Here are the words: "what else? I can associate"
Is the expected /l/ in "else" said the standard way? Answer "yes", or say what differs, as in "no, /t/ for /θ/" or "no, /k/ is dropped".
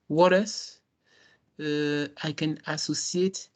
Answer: no, /l/ is dropped